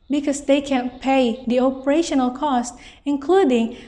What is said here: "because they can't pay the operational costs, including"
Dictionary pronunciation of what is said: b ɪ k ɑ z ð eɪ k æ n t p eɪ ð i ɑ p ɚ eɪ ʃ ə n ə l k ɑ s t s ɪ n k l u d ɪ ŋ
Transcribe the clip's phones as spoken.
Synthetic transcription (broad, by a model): b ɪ k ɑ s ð eɪ k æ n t p eɪ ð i ɑ p ɚ eɪ ʃ ə n ə l k ɑ s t ɪ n k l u d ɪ ŋ